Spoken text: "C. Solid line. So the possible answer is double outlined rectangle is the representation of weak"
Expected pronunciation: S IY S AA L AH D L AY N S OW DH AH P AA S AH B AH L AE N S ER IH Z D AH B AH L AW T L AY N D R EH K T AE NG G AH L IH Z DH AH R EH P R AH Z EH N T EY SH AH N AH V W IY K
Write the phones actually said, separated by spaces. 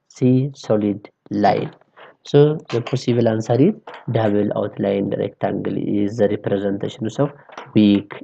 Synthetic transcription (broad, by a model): S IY S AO L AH D L AY N S OW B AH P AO S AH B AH L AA N S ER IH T D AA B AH L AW T L AY N D R EH K T AE NG G AH L Z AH R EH P R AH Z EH N T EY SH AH N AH W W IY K